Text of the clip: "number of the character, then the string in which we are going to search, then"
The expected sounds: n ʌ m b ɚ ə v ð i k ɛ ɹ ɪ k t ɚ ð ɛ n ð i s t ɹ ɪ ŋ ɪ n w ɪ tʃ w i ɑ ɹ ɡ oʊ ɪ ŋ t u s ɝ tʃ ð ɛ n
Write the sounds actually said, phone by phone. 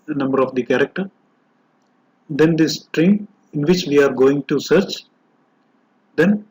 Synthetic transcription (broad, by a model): n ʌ m b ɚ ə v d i k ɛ ɹ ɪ k t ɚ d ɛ n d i s t ɹ ɪ ŋ ɪ n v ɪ tʃ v i ɑ ɹ ɡ oʊ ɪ ŋ t u s ɝ tʃ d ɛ n